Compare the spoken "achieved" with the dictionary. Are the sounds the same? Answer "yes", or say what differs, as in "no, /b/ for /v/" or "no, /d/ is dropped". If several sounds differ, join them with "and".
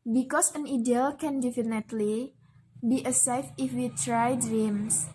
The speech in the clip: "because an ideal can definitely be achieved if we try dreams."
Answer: no, /s/ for /tʃ/